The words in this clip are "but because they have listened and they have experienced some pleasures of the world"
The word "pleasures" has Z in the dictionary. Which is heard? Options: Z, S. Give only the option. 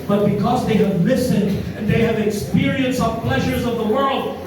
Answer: Z